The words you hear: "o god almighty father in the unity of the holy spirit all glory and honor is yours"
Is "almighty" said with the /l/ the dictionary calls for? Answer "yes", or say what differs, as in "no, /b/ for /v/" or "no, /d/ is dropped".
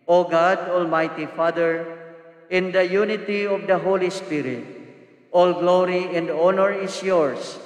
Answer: yes